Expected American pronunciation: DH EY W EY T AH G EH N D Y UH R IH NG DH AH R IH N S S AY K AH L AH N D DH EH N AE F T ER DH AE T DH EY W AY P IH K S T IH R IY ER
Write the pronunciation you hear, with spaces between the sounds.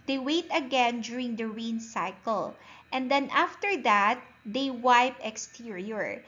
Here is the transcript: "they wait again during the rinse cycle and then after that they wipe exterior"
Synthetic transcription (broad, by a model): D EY W EY T AH G EH N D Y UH R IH NG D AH R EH N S S AY K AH L AH N D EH N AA F T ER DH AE T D EY W AY P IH K S T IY R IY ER